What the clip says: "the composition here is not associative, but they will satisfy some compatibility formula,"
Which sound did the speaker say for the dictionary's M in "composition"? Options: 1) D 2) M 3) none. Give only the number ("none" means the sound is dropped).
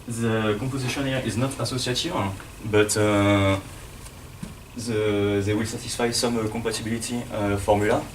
3